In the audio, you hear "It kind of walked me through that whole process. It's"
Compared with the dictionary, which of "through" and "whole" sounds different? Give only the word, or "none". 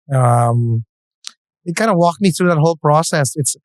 none